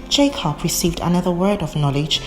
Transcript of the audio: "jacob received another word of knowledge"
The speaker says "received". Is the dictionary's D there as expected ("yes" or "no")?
yes